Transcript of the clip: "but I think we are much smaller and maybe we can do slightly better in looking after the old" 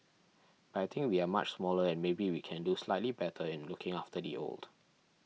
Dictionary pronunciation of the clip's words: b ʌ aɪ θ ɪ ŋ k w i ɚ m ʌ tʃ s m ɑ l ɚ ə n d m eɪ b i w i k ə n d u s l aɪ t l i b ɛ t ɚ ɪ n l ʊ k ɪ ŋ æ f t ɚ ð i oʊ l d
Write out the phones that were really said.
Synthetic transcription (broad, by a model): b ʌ aɪ t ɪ ŋ k w i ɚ m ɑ tʃ s m ɑ l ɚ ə n m eɪ b i w i k ə n d u s l aɪ t l i b ɛ t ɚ ɪ n l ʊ k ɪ ŋ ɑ f t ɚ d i oʊ l d